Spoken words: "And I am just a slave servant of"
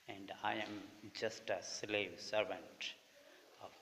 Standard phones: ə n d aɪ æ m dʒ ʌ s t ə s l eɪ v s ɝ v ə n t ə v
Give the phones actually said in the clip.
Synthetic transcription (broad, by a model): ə n d aɪ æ m dʒ ʌ s t ə s l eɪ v s ɝ v ə n t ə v